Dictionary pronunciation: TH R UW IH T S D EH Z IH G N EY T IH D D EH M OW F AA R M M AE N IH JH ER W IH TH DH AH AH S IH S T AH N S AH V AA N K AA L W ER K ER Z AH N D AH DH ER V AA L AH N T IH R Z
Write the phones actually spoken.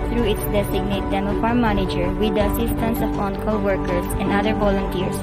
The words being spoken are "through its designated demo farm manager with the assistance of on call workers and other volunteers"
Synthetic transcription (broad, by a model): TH R UW IH T S D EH S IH G N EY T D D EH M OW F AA R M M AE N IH JH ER W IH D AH AH S IH S T AH N S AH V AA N K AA L W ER K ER S AH N D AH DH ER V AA L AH N T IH R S